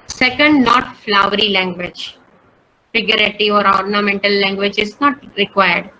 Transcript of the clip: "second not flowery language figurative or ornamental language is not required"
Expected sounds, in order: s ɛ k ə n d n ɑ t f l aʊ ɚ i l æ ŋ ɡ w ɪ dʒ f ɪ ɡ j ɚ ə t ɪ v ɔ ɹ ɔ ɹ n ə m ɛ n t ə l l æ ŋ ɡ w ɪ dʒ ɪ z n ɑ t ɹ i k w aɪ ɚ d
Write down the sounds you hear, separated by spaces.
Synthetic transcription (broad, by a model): s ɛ k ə n d n ɑ t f l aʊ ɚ i l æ ŋ ɡ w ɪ dʒ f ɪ ɡ j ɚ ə t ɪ ɔ ɹ ɔ ɹ n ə m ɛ n t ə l l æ ŋ ɡ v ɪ dʒ ɪ z n ɑ t ɹ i k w aɪ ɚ d